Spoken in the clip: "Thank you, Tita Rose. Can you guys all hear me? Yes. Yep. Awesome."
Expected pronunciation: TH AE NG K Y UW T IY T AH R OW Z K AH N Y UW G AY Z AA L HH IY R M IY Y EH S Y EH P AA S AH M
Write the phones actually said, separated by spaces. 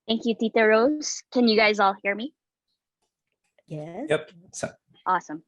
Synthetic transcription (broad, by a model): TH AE NG K Y UW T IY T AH R OW Z K AH N Y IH G AY Z AA L HH IY R M IY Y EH Y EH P AA S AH M